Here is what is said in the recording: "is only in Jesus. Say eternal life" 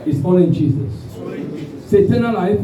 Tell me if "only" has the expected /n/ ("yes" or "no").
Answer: no